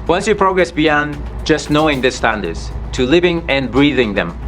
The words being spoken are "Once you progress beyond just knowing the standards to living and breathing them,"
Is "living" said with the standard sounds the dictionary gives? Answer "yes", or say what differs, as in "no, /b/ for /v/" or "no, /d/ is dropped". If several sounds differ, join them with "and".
yes